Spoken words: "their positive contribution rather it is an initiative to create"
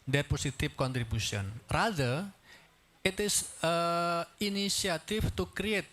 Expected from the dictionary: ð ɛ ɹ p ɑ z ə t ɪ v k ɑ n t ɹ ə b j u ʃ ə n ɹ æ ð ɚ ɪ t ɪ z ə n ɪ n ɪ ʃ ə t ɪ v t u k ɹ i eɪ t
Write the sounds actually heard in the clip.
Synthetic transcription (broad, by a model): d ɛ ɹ p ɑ s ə t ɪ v k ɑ n t ɹ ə b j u s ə n ɹ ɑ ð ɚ ɪ t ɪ s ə n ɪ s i ə t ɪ f t u k ɹ i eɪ t